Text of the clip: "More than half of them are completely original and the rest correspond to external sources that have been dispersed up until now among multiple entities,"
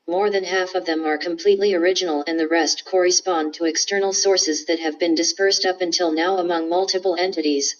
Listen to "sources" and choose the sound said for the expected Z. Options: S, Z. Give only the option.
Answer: Z